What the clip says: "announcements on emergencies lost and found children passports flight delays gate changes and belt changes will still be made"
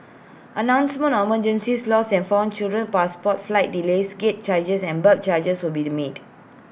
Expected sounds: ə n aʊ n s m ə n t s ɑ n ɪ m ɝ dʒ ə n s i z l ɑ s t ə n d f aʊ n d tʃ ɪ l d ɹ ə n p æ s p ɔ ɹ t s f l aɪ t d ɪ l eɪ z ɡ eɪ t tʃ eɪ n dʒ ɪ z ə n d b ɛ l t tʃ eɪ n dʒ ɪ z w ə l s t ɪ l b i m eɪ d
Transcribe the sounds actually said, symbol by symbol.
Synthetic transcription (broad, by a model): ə n aʊ n s m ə n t ɑ m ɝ dʒ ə n s i s l ɑ s ə n f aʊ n tʃ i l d ɹ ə n p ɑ s p ɔ t f l aɪ t d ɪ l eɪ s ɡ eɪ t tʃ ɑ dʒ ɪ s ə n b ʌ t tʃ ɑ dʒ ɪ s w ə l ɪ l b i m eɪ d